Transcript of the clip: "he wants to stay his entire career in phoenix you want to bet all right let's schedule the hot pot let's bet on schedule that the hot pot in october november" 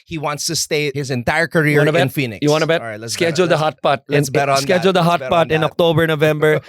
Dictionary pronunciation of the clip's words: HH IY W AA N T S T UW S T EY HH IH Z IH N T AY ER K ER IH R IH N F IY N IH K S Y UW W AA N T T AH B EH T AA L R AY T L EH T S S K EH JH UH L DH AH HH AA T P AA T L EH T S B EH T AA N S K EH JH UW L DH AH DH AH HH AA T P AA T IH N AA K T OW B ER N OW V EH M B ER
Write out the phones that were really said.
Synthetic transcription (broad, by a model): HH IY W AA N T S T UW S T EY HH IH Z IH N T AY ER K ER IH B IH N F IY N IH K Y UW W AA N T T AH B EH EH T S S K EH JH UH L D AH HH AA T P AA T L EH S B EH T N S K EH JH UW L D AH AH HH AA T P AA T IH N AA K T OW B ER N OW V EH M B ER